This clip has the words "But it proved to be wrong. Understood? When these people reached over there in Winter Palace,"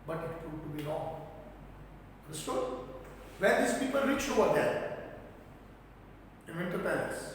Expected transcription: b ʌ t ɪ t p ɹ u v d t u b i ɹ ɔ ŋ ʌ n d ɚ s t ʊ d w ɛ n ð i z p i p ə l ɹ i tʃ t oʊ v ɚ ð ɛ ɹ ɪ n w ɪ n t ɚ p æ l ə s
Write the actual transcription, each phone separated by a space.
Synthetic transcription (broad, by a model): b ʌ t ɪ t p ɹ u d t u b i ɹ ɔ ŋ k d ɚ s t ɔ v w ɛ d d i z p i p ə l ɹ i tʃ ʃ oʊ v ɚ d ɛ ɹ ɪ n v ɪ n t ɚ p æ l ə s